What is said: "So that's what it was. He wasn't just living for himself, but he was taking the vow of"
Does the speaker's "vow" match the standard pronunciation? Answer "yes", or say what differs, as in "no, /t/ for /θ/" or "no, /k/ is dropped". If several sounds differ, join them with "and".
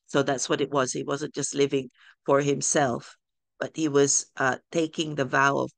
yes